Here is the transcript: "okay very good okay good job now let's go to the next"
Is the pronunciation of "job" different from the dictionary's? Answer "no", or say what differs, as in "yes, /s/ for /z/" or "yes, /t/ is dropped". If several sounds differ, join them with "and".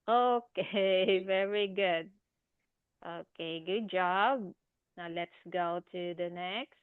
no